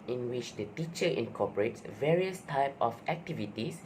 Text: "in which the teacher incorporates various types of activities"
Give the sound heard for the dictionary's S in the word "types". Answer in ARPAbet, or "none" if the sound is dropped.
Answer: none